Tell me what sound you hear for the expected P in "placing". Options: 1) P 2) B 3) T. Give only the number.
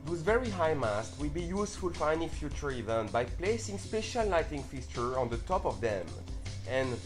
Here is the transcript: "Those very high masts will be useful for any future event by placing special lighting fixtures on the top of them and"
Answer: 1